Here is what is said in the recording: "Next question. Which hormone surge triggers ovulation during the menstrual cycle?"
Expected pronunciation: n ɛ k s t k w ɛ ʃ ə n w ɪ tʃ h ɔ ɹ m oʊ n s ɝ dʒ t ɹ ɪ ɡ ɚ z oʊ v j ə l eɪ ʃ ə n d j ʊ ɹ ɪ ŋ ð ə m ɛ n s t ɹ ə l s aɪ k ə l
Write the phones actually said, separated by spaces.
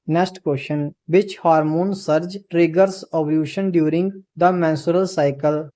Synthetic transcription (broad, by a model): n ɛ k s t k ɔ ʃ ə n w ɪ tʃ h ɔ ɹ m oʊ n s ɝ dʒ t ɹ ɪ ɡ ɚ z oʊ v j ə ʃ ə n d j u ɹ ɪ ŋ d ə m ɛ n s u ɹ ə l s aɪ k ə l